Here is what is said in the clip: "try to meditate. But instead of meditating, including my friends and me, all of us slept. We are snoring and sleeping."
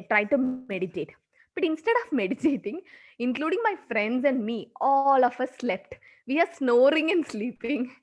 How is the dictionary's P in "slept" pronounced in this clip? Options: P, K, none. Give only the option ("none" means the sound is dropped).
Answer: P